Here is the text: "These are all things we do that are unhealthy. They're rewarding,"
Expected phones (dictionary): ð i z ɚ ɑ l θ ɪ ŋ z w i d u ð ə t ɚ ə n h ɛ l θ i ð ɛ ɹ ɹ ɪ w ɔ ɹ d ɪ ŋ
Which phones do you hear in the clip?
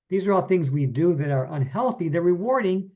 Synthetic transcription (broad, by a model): ð i z ɚ ɑ l θ ɪ ŋ z w i d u ð ə t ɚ ə n h ɛ l θ i ð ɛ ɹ ɹ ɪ w ɔ ɹ d ɪ ŋ